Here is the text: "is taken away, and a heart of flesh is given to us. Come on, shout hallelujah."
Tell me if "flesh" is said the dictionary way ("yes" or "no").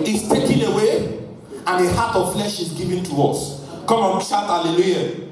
yes